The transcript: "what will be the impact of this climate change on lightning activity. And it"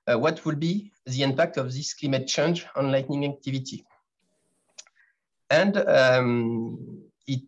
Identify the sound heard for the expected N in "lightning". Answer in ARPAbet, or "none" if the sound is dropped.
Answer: N